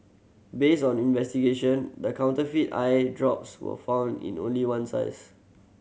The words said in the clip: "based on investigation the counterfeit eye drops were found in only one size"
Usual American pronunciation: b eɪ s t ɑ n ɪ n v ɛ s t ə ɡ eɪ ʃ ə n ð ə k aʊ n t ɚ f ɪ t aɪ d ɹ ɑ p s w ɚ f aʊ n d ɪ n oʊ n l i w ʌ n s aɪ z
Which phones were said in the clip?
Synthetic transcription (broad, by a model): b eɪ s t ɑ n ɪ n v ɛ s t ə ɡ eɪ ʃ ə n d ə k aʊ n t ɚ f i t aɪ d ɹ ɑ p s w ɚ f aʊ n d ɪ n oʊ n l i w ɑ n s aɪ s